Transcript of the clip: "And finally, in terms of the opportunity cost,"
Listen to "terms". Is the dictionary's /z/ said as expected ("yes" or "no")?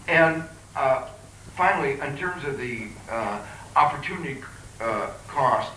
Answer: yes